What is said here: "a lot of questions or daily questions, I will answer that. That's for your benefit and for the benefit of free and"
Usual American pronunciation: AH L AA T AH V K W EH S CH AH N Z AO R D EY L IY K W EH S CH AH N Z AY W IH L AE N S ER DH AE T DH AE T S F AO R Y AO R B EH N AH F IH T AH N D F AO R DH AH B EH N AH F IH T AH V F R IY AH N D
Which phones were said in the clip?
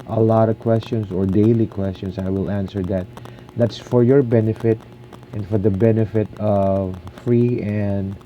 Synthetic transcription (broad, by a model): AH L AA T AH V K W EH S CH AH N S AO R D EY L IY K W EH S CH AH N S AY W IH L AE N S ER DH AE T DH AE T S F AO R Y AO R B EH N AH F IH T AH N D F AO R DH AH B EH N AH F IH T AH V F R IY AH N D